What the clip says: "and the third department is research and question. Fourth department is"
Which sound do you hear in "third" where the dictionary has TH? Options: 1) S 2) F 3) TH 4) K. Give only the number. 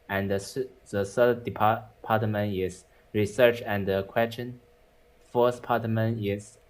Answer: 1